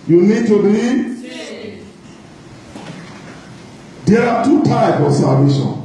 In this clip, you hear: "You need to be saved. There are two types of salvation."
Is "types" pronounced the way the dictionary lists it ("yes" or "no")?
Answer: no